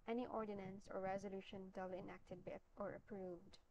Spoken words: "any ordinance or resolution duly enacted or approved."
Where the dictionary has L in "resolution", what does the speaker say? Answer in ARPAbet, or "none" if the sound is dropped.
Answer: L